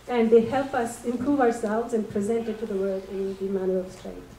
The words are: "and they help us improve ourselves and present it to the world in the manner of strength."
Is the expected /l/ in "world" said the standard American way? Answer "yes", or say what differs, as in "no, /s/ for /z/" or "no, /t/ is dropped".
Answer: no, /l/ is dropped